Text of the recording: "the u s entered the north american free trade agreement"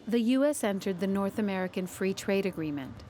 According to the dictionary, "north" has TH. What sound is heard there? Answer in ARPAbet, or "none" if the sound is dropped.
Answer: TH